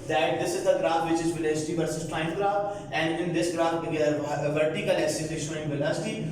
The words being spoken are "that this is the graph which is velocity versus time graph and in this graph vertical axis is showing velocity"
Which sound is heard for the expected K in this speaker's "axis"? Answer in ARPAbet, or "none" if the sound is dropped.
none